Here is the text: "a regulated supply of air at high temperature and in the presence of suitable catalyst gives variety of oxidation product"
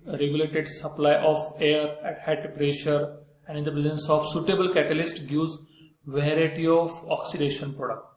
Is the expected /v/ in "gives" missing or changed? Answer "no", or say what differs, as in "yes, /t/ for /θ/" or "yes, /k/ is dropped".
yes, /v/ is dropped